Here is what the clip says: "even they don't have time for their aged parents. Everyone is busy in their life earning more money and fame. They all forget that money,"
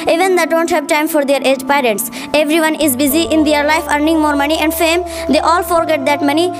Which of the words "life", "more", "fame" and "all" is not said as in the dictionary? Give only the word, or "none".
none